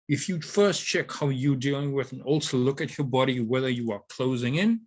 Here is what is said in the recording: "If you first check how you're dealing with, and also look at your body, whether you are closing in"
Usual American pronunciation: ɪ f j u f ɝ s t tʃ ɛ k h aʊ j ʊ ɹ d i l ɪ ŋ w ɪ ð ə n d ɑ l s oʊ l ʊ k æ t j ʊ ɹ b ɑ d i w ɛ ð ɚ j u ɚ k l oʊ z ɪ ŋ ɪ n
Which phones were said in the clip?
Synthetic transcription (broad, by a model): ɪ f j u f ɝ s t tʃ ɛ k h aʊ j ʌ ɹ d i l ɪ ŋ w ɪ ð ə n ɑ l s oʊ l ʊ k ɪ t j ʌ ɹ b ɑ d i w ɛ ð ɚ j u ɚ k l oʊ z ɪ ŋ ɪ n